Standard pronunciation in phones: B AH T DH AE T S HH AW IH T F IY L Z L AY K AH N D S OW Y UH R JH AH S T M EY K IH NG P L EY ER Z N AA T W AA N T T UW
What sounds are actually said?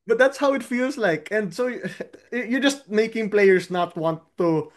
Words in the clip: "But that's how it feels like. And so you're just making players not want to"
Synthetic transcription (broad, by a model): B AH T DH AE T S HH AW IH T F IY L S L AY K AH N D S OW Y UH R JH AH S T M EY K IH NG P L EY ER S N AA T W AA N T T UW